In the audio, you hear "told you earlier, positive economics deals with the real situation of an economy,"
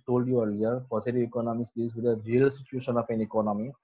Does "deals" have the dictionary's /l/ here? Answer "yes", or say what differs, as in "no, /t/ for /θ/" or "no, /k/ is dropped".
no, /l/ is dropped